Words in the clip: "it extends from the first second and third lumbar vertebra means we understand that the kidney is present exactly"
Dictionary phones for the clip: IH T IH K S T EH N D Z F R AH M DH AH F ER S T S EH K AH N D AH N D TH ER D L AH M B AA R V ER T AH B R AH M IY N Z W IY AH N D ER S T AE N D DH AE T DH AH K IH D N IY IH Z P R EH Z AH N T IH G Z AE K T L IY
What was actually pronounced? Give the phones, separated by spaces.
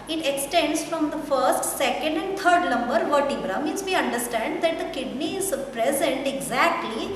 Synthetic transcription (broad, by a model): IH T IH K S T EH N D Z F R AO M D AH F ER S T S EH K AH N D AH N D T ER D N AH M B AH R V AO T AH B R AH M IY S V IY AH N D ER S T AE N D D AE T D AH K IH D N IY IH Z P R EH Z AH N T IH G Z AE K T L IY